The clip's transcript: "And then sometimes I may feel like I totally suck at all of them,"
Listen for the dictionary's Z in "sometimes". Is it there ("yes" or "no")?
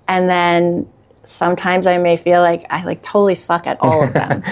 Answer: yes